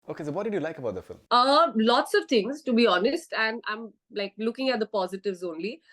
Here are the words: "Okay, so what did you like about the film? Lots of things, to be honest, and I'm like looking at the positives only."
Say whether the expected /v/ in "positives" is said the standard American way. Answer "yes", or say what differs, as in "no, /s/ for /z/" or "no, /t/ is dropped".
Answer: yes